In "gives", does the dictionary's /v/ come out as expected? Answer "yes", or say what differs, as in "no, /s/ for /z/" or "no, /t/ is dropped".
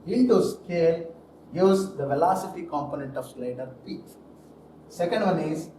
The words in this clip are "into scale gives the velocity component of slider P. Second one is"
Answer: no, /v/ is dropped